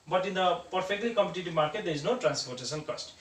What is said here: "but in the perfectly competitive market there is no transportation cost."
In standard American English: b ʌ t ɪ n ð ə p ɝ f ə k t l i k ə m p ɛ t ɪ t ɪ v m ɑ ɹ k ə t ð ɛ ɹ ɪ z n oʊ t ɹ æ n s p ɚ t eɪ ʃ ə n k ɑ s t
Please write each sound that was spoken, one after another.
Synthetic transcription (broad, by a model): b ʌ t ɪ n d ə p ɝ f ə k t l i k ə m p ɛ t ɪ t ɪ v m ɑ ɹ k ə t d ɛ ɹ ɪ z n oʊ t ɹ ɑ n s p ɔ t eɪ s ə n k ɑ s t